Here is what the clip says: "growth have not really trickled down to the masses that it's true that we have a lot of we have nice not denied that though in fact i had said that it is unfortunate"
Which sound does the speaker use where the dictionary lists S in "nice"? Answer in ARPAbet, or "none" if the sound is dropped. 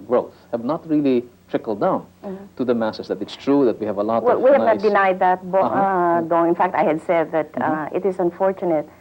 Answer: none